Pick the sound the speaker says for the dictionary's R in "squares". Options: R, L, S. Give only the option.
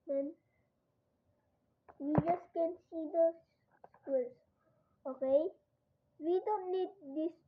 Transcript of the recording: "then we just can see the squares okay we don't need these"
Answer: L